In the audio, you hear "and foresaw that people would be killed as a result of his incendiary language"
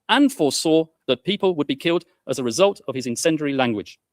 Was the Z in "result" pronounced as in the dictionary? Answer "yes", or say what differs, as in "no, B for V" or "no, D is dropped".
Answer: yes